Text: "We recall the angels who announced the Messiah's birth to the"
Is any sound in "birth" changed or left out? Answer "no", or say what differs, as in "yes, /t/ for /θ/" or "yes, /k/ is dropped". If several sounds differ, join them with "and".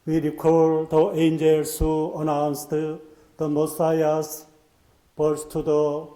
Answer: yes, /s/ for /θ/